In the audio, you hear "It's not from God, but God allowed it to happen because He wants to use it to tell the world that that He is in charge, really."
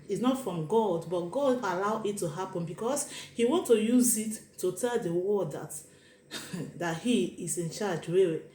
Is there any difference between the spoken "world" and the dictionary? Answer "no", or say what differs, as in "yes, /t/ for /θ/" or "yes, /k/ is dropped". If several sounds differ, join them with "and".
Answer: yes, /l/ is dropped